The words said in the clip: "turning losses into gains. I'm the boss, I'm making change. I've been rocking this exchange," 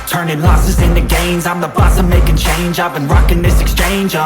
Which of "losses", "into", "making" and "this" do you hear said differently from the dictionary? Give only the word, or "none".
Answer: none